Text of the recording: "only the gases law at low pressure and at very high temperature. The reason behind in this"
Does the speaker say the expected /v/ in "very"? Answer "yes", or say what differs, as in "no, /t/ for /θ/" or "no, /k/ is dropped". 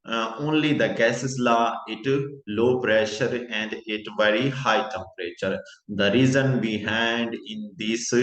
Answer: yes